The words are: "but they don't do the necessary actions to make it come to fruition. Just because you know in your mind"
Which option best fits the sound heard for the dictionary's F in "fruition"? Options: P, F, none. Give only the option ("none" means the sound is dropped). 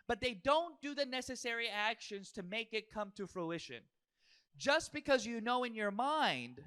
F